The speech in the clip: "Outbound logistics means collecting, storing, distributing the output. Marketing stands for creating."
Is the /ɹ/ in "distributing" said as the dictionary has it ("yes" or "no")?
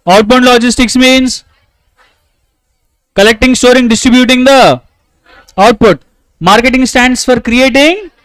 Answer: yes